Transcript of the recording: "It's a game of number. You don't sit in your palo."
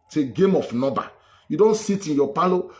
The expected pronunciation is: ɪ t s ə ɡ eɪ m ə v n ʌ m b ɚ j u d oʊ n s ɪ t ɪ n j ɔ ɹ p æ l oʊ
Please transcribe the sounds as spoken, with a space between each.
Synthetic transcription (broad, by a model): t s ə ɡ eɪ m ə f n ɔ b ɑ j u d oʊ n s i t ɪ n j ɔ p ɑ l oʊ